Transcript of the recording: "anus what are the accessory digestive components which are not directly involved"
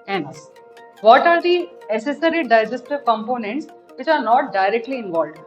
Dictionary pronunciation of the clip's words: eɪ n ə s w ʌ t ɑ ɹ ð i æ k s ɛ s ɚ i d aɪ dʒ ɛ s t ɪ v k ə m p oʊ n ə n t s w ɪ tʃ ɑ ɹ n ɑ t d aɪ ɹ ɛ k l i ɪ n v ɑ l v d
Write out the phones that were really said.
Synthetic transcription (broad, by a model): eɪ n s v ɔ t ɑ ɹ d i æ s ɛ s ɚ i d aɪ dʒ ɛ s t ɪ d k ə m p oʊ n ə n t s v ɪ tʃ ɑ ɹ n ɑ t d aɪ ɹ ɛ k l i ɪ n v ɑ l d